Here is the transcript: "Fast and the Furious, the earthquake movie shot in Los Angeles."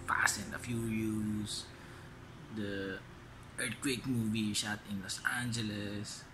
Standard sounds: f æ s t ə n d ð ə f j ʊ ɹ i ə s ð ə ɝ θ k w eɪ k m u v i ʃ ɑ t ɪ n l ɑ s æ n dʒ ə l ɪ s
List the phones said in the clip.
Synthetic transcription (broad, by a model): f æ s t ə n d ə f j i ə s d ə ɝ t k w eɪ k m u v i ʃ ɑ t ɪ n l ɑ s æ n dʒ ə l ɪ s